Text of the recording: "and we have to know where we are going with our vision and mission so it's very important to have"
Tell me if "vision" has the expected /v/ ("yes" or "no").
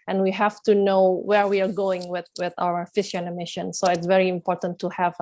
no